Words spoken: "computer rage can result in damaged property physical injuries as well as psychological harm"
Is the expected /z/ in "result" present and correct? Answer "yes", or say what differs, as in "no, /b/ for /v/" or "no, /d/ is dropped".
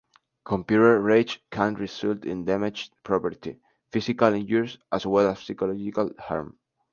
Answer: no, /s/ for /z/